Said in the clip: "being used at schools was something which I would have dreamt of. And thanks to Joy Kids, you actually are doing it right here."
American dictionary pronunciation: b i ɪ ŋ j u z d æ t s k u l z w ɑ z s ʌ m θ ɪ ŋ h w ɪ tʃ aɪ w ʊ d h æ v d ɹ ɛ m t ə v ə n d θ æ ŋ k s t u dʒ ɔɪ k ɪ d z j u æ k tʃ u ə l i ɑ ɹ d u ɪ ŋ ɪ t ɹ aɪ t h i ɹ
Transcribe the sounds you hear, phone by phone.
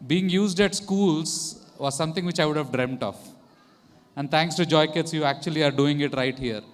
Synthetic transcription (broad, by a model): b i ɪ ŋ j u z d æ t s k u l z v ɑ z s ʌ m t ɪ ŋ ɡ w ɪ tʃ aɪ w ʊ d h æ v d ɹ ɛ m t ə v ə n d t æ ŋ k s t u dʒ ɔɪ k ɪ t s j u æ k tʃ u ə l i ɑ ɹ d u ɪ ŋ ɪ t ɹ aɪ t h i ɹ